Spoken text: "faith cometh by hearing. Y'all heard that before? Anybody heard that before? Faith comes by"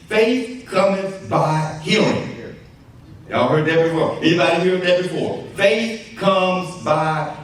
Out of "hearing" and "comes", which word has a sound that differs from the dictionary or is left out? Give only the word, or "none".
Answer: hearing